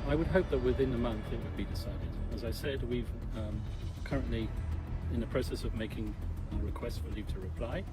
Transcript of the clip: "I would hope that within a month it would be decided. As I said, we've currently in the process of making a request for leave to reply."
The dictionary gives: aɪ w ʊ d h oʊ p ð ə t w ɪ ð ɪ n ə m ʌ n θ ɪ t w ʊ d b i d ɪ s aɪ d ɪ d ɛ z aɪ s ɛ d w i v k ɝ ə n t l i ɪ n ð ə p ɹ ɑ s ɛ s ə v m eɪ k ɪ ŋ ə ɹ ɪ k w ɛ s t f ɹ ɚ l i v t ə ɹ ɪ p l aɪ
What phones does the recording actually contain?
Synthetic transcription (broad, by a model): aɪ w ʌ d h oʊ p ð ə t w ɪ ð ɪ n ə m ʌ n θ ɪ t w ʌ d b i d ɪ s aɪ d ɪ d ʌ z aɪ s ɛ d w i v k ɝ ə n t l i ɪ n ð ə p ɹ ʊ s ɛ s ə v m eɪ k ɪ ŋ ə ɹ ɪ k w ɛ s t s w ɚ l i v t ə ɹ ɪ p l aɪ